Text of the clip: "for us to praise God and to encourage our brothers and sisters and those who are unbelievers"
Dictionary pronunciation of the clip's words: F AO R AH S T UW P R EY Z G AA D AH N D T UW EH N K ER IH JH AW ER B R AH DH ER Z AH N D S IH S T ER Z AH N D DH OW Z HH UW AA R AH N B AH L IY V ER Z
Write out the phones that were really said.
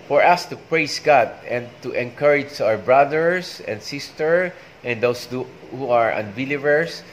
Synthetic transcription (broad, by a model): F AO R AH S T UW P R EY S G AA D AH N D T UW EH N K ER IH JH AW ER B R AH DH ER S AH N D S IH S T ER AH N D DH OW S HH UW AA R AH N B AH L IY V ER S